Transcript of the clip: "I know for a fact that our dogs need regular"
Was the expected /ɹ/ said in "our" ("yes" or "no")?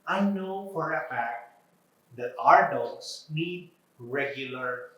yes